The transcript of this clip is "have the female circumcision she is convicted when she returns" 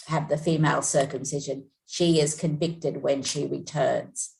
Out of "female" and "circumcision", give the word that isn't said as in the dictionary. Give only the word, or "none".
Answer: none